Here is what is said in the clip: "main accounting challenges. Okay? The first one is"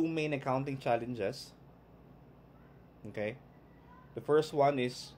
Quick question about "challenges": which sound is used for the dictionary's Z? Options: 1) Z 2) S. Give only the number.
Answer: 2